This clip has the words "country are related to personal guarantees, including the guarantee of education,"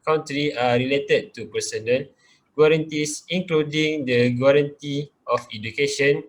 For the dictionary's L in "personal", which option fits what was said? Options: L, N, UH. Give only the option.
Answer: N